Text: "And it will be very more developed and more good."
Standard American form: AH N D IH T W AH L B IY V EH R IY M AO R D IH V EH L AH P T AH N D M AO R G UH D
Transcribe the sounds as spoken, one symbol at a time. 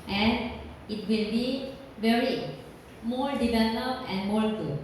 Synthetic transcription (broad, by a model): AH N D IH T W AH L B IY V EH R IY M AO R D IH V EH L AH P AH N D M AO R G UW